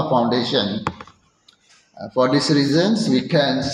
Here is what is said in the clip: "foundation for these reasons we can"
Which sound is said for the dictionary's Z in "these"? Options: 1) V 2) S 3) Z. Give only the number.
2